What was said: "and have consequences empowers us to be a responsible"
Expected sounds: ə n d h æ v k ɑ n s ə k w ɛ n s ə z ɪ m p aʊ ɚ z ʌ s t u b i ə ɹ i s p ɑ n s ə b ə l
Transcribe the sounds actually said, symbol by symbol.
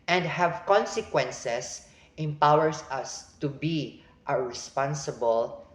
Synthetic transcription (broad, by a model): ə n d h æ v k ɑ n s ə k w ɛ n s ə s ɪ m p aʊ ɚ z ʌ s t u b i ə ɹ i s p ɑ n s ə b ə l